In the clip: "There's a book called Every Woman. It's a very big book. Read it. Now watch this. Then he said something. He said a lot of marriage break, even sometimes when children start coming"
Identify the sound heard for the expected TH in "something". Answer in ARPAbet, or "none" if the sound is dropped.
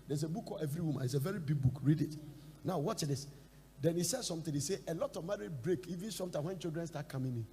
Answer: T